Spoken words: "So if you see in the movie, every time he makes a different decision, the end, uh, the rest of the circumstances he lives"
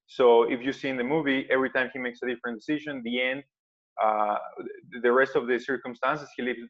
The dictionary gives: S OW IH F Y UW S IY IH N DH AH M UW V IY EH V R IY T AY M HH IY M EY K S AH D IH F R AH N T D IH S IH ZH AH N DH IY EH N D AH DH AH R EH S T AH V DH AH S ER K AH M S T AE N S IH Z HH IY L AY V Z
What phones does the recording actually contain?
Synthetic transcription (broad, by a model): S OW IH F Y UW S IY IH N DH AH M UW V IY EH V R IY T AY M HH IY M EY K S AH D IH F R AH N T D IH S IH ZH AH N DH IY EH N D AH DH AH R EH S T AH V DH AH S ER K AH M S T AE N S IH S HH IY L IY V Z